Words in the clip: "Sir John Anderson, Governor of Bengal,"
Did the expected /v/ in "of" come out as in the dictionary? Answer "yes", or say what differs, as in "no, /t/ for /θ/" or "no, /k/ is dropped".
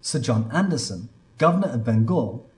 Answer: yes